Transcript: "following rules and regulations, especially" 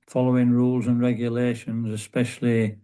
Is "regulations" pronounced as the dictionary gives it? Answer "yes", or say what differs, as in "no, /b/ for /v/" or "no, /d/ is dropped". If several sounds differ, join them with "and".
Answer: yes